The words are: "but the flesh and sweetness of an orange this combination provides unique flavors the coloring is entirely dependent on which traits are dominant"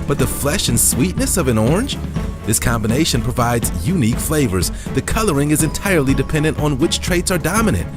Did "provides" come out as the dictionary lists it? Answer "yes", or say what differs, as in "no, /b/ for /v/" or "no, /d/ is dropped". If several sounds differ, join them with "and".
yes